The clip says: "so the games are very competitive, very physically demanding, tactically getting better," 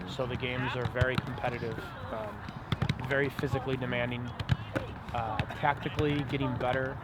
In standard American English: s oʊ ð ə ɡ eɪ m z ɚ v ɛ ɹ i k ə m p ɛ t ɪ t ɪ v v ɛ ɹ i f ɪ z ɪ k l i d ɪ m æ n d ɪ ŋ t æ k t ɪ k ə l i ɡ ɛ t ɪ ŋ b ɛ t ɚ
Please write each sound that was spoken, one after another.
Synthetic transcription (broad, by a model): s oʊ ð ə ɡ eɪ m z ɚ v ɛ ɹ i k m p ɛ t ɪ t ɪ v v ɛ ɹ i f ɪ z ɪ k l i d ɪ m æ n d ɪ ŋ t æ k t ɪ k l i ɡ ɛ t ɪ ŋ b ɛ t ɚ